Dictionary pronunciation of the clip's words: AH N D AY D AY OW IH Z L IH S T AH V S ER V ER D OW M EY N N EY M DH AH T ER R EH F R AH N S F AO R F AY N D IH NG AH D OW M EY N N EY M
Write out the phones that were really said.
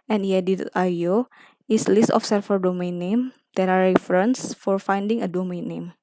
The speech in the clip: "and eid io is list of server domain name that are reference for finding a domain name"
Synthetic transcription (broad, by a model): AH N D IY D AY OW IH S L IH S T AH F S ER F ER D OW M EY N N EY M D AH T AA R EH F R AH N S F AO R F AY N D IH NG AH D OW M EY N N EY M